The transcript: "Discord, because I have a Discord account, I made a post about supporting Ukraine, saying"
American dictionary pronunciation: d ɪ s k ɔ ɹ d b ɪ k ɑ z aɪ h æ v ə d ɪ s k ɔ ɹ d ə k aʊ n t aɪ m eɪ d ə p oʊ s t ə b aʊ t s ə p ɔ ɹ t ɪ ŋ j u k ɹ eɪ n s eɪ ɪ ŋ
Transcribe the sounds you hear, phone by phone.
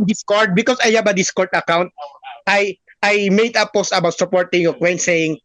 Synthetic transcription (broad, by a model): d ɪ s k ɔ ɹ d b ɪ k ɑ s aɪ h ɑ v ə d ɪ s k ɔ ɹ d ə k aʊ n t aɪ m eɪ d ə p oʊ s t ə b aʊ t s ə p ɔ ɹ t ɪ ŋ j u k w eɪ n s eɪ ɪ ŋ